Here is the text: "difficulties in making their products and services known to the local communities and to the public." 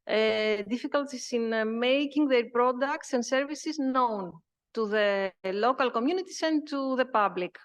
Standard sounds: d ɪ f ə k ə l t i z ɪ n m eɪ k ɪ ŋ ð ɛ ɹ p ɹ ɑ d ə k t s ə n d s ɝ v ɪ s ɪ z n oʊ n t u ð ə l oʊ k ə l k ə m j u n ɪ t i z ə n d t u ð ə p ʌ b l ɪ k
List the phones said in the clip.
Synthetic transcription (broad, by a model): d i f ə k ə l t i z ɪ n m eɪ k ɪ ŋ ð ɛ ɹ p ɹ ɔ d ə k t s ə n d s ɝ v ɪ s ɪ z n oʊ n t u ð ə l oʊ k ə l k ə m j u n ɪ t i s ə n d t u ð ə p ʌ b l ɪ k